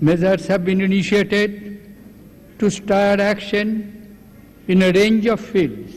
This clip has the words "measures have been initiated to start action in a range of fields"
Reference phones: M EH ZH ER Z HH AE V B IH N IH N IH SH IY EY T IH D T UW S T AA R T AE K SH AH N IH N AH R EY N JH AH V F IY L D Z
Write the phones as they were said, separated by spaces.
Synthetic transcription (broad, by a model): M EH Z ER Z HH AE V B IH N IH N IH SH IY EY T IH D T UW S T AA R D AE K SH AH N IH N AH R EY N JH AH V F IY L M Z